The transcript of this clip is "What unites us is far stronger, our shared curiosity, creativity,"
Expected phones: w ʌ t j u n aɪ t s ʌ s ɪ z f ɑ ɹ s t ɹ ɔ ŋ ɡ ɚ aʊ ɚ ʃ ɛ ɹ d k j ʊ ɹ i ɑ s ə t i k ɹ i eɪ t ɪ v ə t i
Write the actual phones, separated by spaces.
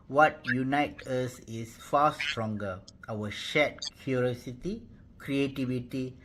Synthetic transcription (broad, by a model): w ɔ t j u n aɪ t ʌ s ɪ s f ɑ s t ɹ ɔ ŋ ɡ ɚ aʊ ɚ ʃ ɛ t k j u ɹ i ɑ s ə t i k ɹ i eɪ t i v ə t i